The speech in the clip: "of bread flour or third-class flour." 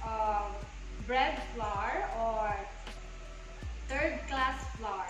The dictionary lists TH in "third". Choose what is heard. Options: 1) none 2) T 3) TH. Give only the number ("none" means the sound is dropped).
2